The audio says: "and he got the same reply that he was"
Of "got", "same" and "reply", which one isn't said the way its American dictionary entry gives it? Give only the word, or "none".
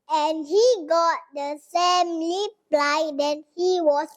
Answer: reply